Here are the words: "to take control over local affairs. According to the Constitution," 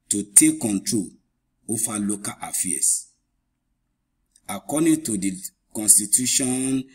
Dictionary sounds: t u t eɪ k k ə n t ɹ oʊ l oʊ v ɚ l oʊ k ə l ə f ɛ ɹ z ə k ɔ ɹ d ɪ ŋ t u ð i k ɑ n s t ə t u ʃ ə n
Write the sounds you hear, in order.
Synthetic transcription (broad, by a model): t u t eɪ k k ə n t ɹ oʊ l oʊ f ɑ l oʊ k ə l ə f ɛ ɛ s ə k ɔ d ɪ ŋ t u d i k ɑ n s t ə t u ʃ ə n